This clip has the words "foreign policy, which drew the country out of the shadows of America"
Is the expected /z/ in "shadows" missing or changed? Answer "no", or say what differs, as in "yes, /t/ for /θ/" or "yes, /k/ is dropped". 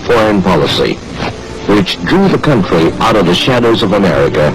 no